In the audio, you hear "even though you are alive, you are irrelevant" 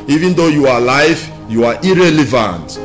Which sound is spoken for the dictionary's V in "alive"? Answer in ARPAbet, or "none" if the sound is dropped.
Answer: F